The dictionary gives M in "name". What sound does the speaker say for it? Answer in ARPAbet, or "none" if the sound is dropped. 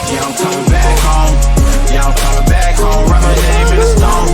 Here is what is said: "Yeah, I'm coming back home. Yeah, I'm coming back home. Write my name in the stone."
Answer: none